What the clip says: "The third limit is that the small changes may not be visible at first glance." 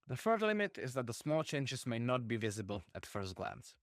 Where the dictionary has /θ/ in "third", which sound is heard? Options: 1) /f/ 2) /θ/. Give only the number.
1